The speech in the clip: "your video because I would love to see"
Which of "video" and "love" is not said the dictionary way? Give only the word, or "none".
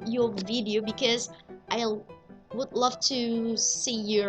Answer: none